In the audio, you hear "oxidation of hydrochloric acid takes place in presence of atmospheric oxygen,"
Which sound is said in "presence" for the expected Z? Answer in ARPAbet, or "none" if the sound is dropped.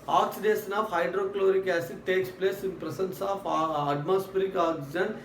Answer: S